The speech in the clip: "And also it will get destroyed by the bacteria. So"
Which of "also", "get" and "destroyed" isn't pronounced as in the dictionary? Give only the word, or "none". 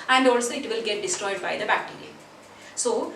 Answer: none